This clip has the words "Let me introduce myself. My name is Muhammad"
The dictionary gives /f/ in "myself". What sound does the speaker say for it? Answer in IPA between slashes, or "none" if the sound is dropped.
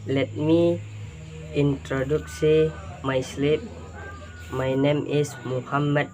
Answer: /p/